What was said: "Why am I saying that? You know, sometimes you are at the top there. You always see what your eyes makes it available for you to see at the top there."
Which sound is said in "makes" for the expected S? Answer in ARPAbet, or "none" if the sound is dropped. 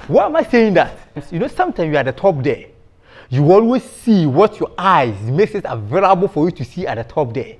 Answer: S